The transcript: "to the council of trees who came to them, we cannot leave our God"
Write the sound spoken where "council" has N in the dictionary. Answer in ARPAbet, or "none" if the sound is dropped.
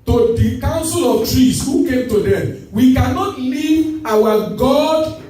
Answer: N